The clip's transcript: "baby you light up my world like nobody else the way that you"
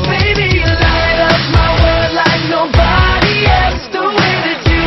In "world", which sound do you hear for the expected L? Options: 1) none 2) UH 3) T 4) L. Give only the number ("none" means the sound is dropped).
1